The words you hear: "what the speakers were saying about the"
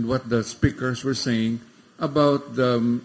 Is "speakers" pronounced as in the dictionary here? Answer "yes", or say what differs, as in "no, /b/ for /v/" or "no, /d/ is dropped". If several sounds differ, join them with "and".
no, /s/ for /z/